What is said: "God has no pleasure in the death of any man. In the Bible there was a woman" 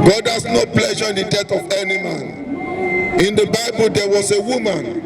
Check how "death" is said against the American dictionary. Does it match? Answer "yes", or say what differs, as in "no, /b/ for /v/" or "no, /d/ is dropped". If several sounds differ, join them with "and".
no, /t/ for /θ/